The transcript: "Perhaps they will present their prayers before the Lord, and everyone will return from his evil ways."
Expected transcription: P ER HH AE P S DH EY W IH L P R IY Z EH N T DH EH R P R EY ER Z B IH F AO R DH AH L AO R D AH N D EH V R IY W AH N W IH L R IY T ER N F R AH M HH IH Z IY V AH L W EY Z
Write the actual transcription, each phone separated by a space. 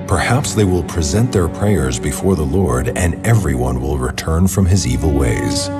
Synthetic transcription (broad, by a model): P ER HH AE P S DH EY W IH L P R IY Z EH N T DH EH R P R EY ER Z B IH F AO R DH AH L AO R D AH N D EH V R IY W AH N W IH L R IY T ER N F R AH M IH Z IY V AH L W EY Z